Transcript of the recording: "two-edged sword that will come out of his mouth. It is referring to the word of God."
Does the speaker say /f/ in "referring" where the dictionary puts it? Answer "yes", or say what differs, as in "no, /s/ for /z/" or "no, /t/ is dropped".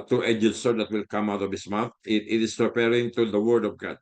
no, /p/ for /f/